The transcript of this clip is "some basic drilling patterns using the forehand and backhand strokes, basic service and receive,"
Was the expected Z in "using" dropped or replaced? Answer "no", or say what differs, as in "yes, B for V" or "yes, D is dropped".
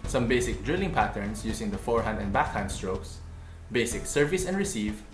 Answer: yes, S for Z